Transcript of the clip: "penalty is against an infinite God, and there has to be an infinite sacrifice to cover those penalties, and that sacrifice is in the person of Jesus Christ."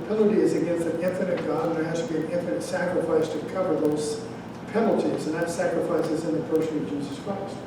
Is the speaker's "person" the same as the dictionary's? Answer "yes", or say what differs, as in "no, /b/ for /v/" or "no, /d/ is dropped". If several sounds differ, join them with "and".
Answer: no, /ʃ/ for /s/